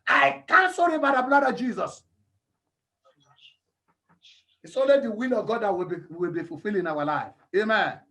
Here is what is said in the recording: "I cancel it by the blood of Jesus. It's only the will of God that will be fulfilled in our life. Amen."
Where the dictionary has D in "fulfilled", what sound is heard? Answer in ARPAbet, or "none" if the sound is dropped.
none